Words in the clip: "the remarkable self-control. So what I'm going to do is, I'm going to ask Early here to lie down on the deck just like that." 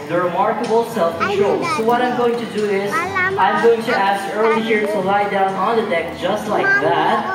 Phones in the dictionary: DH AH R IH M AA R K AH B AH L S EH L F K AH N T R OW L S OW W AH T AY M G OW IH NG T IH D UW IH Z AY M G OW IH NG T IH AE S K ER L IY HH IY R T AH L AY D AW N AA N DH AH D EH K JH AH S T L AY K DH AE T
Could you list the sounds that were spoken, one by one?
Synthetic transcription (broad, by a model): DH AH R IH M AA R K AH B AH L S EH L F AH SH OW S OW W AH T AY M G OW IH NG T IH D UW IH Z AY M G OW IH NG T IH AE S K ER L IY HH IY R T AH L AY D AW N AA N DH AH D EH K JH AH S T L AY K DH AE T